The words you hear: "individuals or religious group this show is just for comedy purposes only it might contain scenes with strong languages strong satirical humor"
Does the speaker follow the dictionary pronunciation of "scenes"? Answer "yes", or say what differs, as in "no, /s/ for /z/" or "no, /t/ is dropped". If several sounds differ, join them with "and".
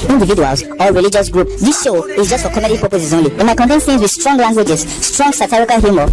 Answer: no, /θ/ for /s/